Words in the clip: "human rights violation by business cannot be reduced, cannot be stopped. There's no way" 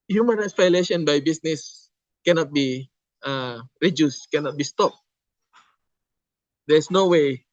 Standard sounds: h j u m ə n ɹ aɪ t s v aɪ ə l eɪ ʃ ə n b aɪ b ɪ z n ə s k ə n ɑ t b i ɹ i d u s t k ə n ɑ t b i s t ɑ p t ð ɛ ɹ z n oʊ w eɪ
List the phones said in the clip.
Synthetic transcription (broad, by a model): h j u m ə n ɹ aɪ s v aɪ l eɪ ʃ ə n b aɪ b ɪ s n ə s k ə n ɑ t b i ɹ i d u s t k ə n ɑ t b i s t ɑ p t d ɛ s n oʊ w eɪ